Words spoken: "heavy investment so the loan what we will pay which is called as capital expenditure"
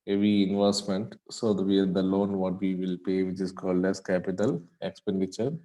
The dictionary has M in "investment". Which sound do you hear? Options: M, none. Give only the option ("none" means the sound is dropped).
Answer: M